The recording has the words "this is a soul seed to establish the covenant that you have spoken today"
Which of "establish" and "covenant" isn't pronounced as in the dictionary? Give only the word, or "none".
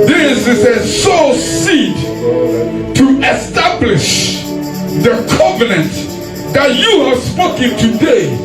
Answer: none